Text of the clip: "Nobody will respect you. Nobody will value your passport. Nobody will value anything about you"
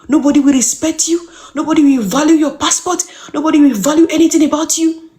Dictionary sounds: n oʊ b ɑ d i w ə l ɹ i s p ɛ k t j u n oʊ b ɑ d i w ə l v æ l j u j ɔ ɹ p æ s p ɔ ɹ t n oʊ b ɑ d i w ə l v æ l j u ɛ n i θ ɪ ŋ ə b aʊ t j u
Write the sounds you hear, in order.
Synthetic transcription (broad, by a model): n oʊ b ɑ d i w ə l ɹ i s p ɛ k t j u n oʊ b ɑ d i w ə l v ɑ l j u j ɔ p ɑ s p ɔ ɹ t n oʊ b ɑ d i w ə l v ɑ l j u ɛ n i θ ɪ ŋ ə b aʊ t j u